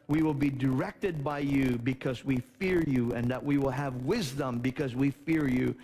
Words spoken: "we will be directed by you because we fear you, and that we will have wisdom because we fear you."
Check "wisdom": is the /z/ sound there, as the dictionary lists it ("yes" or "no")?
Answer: yes